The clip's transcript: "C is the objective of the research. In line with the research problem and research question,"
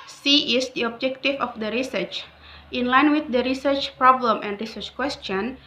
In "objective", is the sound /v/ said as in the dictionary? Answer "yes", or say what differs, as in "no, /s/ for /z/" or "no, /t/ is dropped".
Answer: no, /f/ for /v/